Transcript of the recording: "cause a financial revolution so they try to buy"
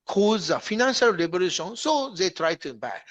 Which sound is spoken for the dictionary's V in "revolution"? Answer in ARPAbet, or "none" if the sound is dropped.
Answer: B